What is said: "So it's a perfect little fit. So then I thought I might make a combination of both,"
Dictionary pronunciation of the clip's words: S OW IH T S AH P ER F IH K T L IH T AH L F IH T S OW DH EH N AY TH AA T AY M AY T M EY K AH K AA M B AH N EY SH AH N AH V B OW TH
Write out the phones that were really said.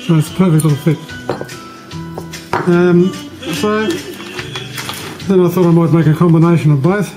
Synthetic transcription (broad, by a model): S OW IH T S P ER F IH K T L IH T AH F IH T S OW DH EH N AY TH AA T AY M AY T M EY K AH K AA M B AH N EY SH AH N AH V B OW TH